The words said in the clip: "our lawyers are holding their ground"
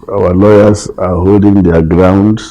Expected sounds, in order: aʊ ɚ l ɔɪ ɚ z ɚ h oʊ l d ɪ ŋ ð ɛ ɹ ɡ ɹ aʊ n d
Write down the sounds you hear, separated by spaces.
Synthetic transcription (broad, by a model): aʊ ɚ l ɔɪ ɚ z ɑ h oʊ l d ɪ ŋ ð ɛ ɡ ɹ aʊ n d